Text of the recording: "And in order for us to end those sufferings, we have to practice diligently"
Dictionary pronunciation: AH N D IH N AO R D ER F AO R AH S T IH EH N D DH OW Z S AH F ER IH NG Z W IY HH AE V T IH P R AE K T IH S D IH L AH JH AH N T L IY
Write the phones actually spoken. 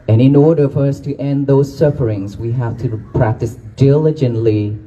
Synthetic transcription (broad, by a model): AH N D IH N AO R D ER F AO R AH S T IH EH N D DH OW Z S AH F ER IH NG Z W IY HH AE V T IH P R AE K T IH S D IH L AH JH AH N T L IY